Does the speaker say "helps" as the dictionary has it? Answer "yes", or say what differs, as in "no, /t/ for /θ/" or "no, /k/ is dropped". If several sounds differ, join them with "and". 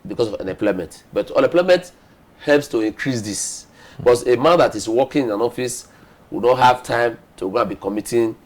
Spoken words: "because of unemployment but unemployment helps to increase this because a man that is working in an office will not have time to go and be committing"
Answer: yes